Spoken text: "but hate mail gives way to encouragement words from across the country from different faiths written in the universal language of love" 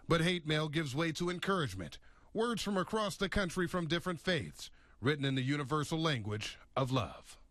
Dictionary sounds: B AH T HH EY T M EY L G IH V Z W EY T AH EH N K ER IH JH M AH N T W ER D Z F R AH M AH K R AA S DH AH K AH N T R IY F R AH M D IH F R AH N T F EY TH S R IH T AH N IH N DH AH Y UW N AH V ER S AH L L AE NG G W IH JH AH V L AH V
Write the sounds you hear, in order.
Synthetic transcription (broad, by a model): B AH T HH EY T M EY L G IH V Z W EY T AH EH N K ER IH JH M AH N T W ER D Z F R AH M AH K R AA S DH AH K AH N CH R IY F R AH M D IH F R AH N T F EY TH S R IH T N IH N DH AH Y UW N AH V ER S L L AE NG G W IH JH AH V L AH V